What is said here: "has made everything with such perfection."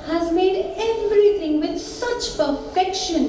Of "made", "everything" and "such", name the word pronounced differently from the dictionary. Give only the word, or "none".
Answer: everything